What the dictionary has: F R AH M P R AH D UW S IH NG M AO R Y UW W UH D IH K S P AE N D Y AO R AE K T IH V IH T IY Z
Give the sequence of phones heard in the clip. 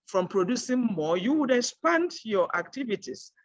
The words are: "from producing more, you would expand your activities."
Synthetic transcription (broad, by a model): F R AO M P R AH D UW S IH NG M AO Y UW W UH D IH K S P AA N D Y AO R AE K T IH V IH T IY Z